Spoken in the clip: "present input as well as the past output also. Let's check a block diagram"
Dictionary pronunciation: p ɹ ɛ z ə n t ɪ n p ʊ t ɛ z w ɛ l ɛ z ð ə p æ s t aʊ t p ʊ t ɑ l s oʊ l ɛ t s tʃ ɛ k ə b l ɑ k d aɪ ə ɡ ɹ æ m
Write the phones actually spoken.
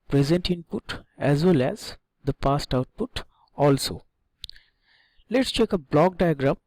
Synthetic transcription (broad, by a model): p ɹ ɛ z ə n t ɪ n p ʊ t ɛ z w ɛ l ɛ z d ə p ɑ s t aʊ t p ʊ t ɑ l s oʊ l ɛ t s tʃ ɛ k ə b l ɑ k d aɪ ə ɡ ɹ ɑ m